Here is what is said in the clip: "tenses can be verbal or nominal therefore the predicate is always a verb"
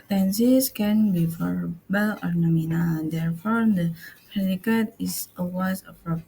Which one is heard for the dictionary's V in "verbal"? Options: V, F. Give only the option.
F